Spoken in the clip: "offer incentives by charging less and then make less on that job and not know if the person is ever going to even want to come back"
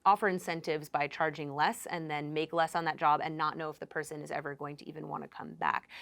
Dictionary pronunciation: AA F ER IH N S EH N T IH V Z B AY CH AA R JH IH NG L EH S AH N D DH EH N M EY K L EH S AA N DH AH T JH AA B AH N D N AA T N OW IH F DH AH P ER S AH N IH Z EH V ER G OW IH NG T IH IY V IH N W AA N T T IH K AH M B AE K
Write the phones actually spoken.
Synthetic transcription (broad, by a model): AA F ER IH N S EH N T IH V Z B AY CH AA R JH IH NG L EH S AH N DH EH N M EY K L EH S N DH AH T JH AA B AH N N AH T N OW IH F DH AH P ER S AH N IH Z EH V ER G OW IH NG T IH IY V IH N W AA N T T IH K AH M B AE K